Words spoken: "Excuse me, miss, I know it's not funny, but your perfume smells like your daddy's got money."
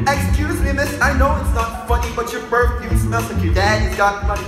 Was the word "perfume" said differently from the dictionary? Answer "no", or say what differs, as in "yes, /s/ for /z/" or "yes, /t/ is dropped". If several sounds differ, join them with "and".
yes, /b/ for /p/